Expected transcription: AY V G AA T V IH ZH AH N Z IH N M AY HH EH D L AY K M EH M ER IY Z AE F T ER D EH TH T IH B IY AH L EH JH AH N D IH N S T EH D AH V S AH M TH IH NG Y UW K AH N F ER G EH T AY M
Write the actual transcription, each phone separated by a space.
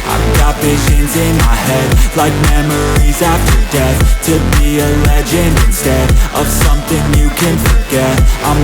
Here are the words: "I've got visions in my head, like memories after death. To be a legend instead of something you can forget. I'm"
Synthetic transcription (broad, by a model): AY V G AA T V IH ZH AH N Z IH N M AY HH EH D L AY K M EH M ER IY Z AE F T ER D EH TH T IH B IY AH L EH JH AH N IH N S T EH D AH V S AH M TH IH NG Y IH K AH N F ER G EH T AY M